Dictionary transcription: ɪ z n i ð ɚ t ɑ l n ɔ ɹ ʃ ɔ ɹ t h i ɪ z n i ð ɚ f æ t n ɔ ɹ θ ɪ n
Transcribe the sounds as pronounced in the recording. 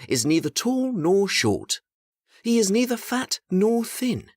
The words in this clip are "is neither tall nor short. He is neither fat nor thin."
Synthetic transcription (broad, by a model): ɪ z n i ð ɚ t ɑ l n ɔ ɹ ʃ ɔ ɹ t h i ɪ z n i ð ɚ f æ t n ɔ ɹ θ ɪ n